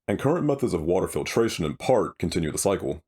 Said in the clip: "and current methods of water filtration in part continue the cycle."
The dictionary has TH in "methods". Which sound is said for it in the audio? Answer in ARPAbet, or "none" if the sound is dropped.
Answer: TH